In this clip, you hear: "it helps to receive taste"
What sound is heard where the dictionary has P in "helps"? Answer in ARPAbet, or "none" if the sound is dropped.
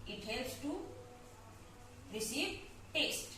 none